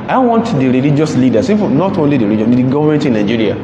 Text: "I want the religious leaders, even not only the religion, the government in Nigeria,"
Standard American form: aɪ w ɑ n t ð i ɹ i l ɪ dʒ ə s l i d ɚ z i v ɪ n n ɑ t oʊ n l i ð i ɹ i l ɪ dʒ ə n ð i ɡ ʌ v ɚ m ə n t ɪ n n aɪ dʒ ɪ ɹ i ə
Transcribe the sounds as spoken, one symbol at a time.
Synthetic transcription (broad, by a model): aɪ w ɑ n t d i ɹ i l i dʒ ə s l i d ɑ s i f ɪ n n ɑ t oʊ n l i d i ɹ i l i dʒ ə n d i ɡ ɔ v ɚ m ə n t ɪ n n aɪ dʒ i ɹ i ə